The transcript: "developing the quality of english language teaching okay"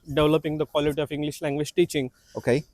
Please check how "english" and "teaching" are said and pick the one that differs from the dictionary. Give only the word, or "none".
none